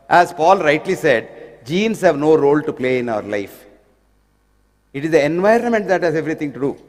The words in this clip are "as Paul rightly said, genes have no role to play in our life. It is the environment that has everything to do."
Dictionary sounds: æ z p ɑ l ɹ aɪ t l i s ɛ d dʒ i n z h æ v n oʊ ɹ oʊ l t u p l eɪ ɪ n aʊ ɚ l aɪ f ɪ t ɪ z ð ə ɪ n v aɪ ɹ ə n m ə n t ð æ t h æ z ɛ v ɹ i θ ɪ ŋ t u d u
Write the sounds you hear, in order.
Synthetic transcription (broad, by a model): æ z p ɑ l ɹ aɪ t l i s ɛ d dʒ i n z h æ v n oʊ ɹ oʊ l t u p l eɪ ɪ n aʊ ɚ l aɪ f ɪ t ɪ z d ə ɪ n v aɪ ɹ ə n m ə n t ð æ t h æ z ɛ v ɹ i t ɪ ŋ t u d u